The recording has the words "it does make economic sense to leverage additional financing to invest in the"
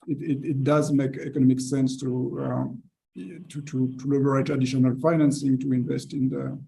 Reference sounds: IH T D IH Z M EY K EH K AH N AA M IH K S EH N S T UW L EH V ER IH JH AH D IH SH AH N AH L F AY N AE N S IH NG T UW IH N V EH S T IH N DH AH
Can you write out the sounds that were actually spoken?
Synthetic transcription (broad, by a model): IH T D IH Z M EY K EH K AH N AA M IH K S EH N S T UW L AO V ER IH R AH D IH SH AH N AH L F AY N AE N S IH NG T UW IH N V EH S T IH N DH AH